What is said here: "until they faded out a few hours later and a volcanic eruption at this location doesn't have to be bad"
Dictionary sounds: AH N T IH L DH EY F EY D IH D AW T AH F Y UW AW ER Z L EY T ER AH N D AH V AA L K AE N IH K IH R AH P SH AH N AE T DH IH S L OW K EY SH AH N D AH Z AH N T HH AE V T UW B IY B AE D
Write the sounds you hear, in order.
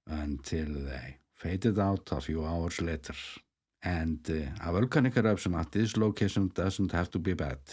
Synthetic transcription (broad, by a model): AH N T IH L DH EY F EY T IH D AW T AH F Y UW AW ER S L EY T ER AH N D AH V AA L K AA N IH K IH R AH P S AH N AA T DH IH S L OW K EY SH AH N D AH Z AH N T HH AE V T UW B IY B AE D